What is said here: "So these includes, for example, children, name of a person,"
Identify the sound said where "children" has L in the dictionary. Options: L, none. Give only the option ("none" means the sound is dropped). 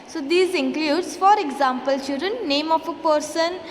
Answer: none